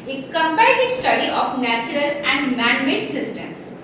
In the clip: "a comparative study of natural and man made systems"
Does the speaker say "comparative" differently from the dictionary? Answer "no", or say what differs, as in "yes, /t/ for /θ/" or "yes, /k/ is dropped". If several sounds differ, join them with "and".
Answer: yes, /ɹ/ is dropped